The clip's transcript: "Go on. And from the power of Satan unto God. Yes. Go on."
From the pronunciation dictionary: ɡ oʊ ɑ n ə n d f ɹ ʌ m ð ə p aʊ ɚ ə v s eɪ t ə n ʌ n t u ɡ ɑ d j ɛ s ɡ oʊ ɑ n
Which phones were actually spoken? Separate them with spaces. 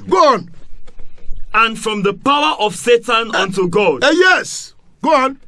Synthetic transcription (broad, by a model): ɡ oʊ ɑ n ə n f ɹ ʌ m ð ə p aʊ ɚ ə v s eɪ t ə n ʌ n t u ɡ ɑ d j ɛ s ɡ oʊ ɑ n